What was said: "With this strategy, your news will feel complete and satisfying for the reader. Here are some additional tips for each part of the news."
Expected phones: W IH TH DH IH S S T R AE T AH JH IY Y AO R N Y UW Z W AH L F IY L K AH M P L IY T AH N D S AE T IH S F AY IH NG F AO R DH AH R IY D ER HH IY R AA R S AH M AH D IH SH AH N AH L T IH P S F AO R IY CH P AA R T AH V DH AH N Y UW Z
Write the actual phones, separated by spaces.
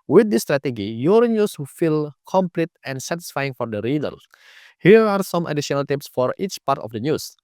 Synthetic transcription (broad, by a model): W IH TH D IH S S T R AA T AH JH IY Y AO R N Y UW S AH F IY L K AH M P L IY T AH N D S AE T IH S F AY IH NG F AO R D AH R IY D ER HH IY R AA R S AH M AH D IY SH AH N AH L T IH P S F AO R IY CH P AA R T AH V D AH N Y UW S